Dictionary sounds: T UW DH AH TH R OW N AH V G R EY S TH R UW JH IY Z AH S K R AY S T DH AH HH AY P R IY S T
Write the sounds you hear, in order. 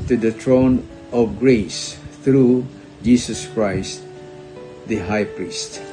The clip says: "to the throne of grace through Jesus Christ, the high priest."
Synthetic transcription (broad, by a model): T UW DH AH T R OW N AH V G R EY S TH R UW JH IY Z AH S K R AY S T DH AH HH AY P R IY S T